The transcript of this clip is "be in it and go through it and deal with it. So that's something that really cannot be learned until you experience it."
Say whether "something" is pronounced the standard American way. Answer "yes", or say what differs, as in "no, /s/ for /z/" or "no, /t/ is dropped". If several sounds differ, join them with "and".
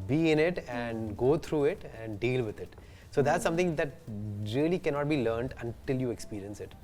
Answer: no, /t/ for /θ/